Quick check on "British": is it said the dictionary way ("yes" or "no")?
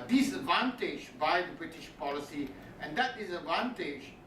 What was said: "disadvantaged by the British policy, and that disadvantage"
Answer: yes